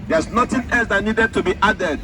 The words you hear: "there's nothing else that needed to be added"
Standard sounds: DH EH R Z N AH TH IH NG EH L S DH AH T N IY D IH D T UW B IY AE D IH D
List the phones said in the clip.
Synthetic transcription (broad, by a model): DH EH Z N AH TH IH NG EH L S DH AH T N IY D IH D T UW B IY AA D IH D